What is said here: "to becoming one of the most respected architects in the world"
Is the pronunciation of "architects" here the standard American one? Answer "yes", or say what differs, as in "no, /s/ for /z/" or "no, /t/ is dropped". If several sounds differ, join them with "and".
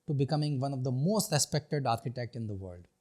no, /s/ is dropped